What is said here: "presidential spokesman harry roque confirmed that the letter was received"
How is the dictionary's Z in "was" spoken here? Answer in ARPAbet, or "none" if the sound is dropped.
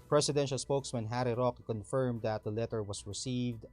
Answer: S